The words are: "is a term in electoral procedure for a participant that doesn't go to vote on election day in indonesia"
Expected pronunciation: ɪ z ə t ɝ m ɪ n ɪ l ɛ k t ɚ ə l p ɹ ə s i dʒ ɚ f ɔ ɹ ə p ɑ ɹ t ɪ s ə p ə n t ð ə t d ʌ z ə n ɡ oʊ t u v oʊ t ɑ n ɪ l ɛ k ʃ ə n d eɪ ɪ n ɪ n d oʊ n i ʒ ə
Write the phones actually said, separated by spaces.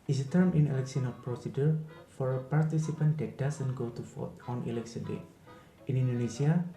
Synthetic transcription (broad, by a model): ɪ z ə t ɝ m ɪ n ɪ l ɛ k s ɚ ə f p ɹ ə s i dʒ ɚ f ɔ ɹ ə p ɑ ɹ t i s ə p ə n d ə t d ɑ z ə n ɡ oʊ t u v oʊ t ɑ n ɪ l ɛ k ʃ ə n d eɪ ɪ n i n d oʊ n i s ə